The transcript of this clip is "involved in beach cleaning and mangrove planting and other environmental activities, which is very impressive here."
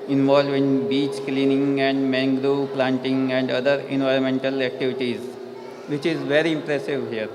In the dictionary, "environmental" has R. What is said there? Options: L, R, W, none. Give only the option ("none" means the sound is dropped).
R